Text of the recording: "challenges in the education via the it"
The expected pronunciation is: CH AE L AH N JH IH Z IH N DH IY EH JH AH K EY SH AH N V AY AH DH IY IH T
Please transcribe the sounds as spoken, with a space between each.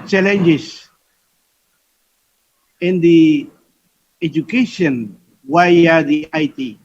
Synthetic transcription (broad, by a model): CH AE L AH N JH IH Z IH N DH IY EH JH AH K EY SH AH N W AY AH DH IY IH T